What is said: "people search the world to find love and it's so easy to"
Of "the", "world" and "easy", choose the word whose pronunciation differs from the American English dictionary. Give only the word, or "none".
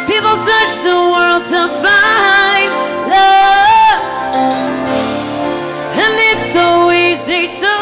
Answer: none